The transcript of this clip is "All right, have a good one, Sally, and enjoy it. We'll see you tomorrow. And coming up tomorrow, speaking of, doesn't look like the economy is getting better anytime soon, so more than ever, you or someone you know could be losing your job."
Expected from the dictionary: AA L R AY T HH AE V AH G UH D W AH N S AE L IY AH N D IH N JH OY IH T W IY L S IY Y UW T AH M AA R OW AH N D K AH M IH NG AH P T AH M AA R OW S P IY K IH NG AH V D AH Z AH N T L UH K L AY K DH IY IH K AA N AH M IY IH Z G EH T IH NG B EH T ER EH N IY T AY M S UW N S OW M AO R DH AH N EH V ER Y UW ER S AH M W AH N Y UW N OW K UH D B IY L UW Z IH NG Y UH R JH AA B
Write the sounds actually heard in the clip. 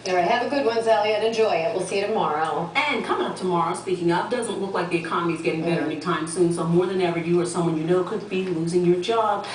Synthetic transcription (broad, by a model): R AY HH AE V AH G UH D W AH N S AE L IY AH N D IH N JH OY IH T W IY L S IY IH T AH M AA R OW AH N K AH M IH NG AH P T AH M AA R OW S P IY K IH NG AH P D AH Z AH N T L UH K L AY K DH IY IH K AA N AH M IY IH Z G EH T IH NG B EH T ER EH N IY T AY M S UW N S OW M AO R DH AH N EH V ER Y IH ER S AH M W AH N Y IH N OW K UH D B IY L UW Z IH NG Y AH R JH AA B